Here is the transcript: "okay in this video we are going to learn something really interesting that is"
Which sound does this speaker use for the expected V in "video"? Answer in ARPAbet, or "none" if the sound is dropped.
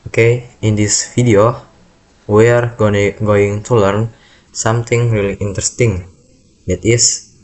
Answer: F